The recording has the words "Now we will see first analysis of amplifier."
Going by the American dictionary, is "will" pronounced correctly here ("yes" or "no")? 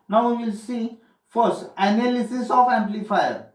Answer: yes